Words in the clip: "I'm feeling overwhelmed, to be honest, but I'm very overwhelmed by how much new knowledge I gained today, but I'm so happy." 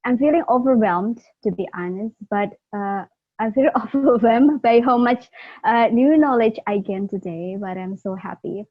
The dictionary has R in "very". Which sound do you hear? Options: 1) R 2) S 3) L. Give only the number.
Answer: 3